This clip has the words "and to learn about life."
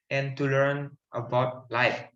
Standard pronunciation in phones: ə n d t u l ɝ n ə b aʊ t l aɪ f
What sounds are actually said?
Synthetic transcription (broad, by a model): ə n t u l ɝ n ə b aʊ t l aɪ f